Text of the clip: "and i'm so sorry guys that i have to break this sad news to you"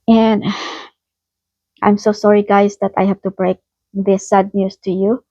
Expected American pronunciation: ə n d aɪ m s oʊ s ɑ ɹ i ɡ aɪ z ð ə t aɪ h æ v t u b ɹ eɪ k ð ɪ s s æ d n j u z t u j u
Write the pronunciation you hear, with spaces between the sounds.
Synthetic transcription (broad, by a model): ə n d aɪ m s oʊ s ɑ ɹ i ɡ aɪ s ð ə t aɪ h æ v t u b ɹ eɪ k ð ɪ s s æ d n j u s t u j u